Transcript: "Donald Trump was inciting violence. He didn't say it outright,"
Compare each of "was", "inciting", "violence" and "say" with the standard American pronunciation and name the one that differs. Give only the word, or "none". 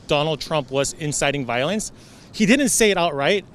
none